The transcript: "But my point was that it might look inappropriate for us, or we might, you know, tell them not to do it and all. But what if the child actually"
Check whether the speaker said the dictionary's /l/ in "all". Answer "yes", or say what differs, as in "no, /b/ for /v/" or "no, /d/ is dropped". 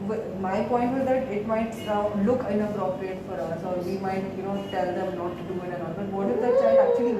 no, /n/ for /l/